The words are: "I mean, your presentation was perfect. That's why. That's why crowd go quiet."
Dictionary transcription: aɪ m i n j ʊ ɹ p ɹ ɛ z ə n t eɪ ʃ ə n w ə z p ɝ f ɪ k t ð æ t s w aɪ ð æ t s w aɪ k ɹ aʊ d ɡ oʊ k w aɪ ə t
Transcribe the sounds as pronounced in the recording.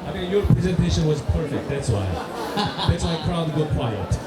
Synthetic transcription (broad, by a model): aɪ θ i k j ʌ ɹ p ɹ ɛ z ə n t eɪ ʃ ə n w ə z p ɝ f ɪ k t ð æ t s w aɪ ð æ t s w aɪ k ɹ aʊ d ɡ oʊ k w aɪ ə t